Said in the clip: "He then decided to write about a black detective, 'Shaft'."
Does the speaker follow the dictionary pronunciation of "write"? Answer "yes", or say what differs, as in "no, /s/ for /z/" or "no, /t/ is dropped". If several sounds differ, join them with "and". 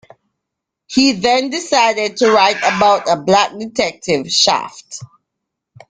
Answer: yes